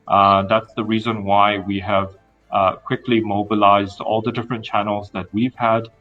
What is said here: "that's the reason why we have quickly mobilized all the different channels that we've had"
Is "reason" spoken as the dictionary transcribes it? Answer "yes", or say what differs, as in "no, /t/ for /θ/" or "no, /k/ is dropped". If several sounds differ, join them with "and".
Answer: yes